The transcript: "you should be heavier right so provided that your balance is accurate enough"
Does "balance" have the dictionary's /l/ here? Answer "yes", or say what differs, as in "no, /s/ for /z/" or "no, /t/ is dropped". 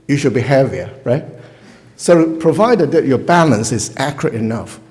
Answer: yes